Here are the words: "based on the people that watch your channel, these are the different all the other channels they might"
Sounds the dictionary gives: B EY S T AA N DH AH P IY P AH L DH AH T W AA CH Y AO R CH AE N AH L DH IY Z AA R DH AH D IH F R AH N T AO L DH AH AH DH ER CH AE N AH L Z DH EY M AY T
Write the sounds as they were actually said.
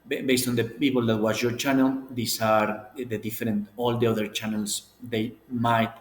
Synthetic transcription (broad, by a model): B EY S T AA N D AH P IY P AH L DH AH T W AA S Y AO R CH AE N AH L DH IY S AA R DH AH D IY F R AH N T AO L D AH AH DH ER CH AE N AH L S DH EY M AY T